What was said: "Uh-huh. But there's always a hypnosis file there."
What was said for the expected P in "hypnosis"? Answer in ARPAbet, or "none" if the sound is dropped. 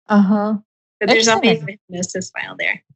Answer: none